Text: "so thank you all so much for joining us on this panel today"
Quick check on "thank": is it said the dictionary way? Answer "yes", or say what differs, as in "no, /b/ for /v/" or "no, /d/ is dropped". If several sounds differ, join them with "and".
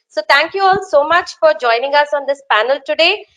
no, /t/ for /θ/